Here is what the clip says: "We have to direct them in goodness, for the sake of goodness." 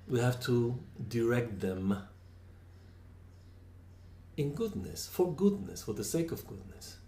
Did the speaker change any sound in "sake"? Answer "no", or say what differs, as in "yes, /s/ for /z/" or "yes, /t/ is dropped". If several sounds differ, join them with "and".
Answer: no